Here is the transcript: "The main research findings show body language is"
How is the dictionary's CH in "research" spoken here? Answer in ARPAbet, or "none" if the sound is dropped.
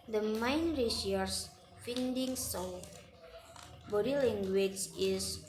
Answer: S